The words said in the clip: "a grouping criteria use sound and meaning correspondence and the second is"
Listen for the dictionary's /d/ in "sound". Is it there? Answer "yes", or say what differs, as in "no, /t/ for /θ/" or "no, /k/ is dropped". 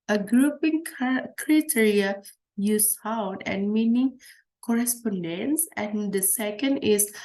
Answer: no, /d/ is dropped